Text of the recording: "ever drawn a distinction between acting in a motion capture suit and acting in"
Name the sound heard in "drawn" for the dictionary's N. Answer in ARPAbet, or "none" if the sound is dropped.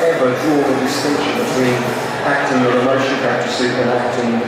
none